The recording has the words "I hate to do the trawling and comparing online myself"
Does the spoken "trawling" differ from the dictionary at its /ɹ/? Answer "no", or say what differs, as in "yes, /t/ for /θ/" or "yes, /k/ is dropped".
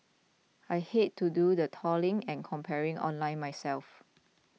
yes, /ɹ/ is dropped